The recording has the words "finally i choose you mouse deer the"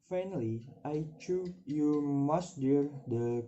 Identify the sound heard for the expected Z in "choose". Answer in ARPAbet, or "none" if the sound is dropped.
none